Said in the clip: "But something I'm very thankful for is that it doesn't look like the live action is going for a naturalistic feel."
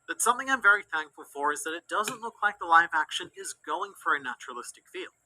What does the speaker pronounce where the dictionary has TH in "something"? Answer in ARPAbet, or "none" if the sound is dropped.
TH